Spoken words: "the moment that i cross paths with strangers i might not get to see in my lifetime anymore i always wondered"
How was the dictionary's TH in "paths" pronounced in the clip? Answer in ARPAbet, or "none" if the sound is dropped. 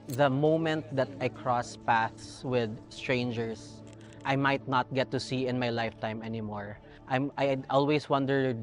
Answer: TH